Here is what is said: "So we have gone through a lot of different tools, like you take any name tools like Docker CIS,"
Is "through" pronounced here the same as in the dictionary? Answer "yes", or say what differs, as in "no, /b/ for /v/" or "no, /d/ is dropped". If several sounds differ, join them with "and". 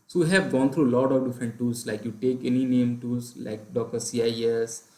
no, /t/ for /θ/